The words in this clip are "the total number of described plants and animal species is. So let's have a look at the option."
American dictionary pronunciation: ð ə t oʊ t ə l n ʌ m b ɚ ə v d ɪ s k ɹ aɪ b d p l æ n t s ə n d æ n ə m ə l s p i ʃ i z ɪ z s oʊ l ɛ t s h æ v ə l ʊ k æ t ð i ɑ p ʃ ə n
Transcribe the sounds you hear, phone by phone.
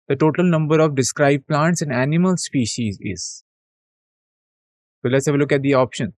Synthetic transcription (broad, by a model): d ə t oʊ t ə l n ʌ m b ɚ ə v d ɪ s k ɹ aɪ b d p l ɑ n t s ə n d æ n ə m ə l s p i ʃ i z ɪ z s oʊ l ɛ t s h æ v ə l ʊ k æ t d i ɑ p ʃ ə n